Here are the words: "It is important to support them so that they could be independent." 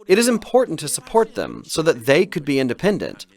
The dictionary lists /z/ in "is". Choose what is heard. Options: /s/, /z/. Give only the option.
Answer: /z/